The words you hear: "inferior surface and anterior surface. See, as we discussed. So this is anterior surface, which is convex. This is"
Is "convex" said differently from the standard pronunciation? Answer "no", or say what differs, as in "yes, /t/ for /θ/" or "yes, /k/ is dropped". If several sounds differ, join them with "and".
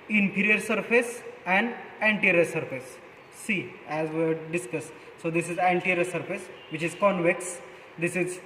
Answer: no